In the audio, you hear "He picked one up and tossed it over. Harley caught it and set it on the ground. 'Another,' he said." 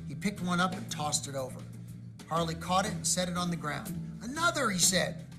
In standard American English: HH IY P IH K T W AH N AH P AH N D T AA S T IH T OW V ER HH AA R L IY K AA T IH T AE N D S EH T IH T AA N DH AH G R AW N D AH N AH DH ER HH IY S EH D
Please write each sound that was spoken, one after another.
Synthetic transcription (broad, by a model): HH IY P IH K T W AH N AH P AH N T AA S T IH T OW V ER HH AA R L IY K AA T IH T N S EH T IH T N DH AH G R AW N D AH N AH DH ER IY S EH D